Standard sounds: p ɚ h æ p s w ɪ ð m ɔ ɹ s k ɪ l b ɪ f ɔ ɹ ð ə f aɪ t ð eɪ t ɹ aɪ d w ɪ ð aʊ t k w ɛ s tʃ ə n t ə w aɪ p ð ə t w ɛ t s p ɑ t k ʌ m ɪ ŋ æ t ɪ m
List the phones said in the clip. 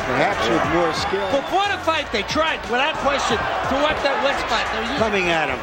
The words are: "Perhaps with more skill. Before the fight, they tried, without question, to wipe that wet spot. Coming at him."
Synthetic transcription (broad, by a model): p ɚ h æ p s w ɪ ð m ɔ ɹ s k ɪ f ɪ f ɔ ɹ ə f aɪ t ð eɪ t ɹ aɪ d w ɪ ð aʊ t k w ɛ s tʃ ə n t ə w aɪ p ð ə t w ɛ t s f ɑ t k ʌ m ɪ ŋ æ t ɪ m